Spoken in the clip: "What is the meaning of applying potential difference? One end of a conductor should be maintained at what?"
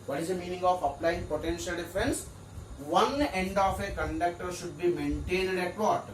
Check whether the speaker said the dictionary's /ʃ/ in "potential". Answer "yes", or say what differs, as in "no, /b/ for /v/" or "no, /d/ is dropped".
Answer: yes